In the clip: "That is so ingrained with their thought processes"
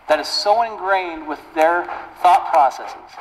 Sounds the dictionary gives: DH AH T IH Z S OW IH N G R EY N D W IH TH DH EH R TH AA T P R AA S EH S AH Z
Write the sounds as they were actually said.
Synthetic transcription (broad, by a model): DH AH T IH Z S OW IH N G R EY N D W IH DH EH R TH AA T P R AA S EH S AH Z